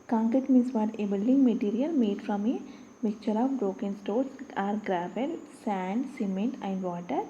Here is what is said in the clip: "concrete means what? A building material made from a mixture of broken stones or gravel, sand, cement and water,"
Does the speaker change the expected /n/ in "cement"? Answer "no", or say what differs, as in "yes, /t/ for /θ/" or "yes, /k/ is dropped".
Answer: no